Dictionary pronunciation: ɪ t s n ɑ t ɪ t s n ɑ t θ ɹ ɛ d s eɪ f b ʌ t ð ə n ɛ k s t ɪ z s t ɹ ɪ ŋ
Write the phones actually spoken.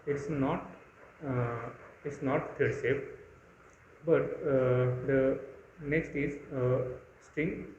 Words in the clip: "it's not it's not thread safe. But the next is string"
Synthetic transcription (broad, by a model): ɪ t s n ɑ t ɪ t s n ɑ t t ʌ d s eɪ p b ʌ t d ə n ɛ k s t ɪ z s t ɹ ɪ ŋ